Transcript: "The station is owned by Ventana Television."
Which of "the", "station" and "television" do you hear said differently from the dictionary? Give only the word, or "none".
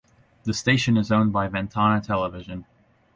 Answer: none